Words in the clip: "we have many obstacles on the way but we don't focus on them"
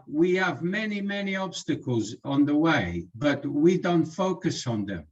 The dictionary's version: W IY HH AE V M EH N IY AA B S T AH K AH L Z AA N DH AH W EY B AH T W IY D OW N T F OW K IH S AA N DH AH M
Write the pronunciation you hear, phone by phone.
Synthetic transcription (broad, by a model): W IY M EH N M EH N IY AA B S T AH K AH L Z N DH AH W EY B AH T W IY D OW N T F OW K IH S N DH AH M